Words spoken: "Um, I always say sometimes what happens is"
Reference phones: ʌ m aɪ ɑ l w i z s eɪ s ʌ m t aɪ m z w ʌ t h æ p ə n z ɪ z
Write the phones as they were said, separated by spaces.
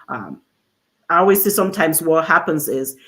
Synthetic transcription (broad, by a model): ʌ m aɪ ɑ l w i z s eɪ s ʌ m t aɪ m z w ʌ t h æ p ə n z ɪ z